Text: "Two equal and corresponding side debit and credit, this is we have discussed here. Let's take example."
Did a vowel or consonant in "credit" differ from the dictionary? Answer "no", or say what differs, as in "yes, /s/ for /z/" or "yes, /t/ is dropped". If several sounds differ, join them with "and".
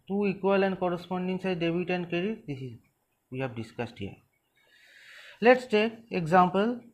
yes, /ɹ/ is dropped